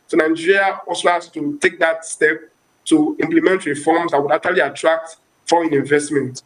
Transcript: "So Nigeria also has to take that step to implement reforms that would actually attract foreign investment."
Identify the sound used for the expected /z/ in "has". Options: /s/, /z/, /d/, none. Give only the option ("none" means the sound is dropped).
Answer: /s/